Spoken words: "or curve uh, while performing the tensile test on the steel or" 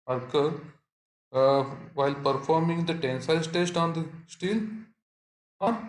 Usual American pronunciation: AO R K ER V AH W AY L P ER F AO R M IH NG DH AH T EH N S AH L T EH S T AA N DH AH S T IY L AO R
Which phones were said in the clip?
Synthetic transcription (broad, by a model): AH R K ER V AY L P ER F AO R M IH NG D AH T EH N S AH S T EH S T AA N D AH S T IY L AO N